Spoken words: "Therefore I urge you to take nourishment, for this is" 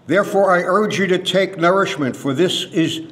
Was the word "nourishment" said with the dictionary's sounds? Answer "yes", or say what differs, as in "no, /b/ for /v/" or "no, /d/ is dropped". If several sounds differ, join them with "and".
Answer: yes